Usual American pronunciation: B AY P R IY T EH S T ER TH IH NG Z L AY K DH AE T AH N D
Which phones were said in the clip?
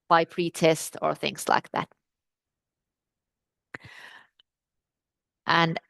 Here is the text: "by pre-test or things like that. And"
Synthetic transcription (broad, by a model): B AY P R IY T EH S T ER TH IH NG Z L AY K DH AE T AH N